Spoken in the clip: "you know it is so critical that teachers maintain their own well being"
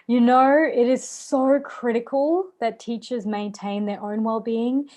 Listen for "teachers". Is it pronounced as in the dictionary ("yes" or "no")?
yes